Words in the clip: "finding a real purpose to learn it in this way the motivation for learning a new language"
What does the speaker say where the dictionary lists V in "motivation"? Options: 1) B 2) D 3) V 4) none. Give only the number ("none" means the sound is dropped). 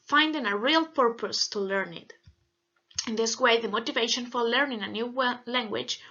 3